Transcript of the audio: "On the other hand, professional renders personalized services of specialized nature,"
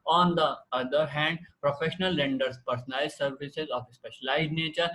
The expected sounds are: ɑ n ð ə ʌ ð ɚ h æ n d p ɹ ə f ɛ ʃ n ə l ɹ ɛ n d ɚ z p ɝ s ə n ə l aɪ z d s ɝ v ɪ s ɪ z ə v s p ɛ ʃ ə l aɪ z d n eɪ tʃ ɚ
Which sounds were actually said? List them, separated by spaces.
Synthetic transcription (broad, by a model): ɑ n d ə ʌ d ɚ h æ n d p ɹ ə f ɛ ʃ n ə l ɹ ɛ n d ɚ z p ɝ s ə n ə ɪ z s ɝ v ɪ s ɪ z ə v s p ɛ ʃ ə l aɪ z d n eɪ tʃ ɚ